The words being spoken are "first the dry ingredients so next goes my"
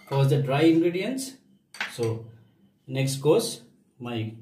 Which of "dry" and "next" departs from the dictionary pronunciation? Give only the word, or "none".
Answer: none